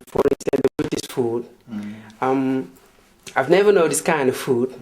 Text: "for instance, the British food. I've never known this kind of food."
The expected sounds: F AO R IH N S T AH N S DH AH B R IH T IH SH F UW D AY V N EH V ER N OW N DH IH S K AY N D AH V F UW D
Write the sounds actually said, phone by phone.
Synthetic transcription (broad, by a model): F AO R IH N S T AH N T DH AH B IH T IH S F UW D AY V N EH V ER N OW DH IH S K AY N D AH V F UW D